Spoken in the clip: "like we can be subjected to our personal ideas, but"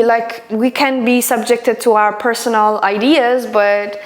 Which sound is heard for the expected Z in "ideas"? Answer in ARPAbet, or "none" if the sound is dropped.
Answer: Z